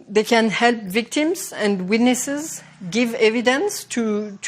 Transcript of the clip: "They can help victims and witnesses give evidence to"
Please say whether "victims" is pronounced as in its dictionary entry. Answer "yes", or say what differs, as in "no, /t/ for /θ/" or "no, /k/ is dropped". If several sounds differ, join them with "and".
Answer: yes